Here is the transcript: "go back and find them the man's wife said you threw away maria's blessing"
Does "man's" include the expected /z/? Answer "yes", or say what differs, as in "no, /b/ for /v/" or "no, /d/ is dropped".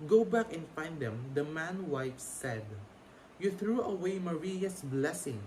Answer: no, /z/ is dropped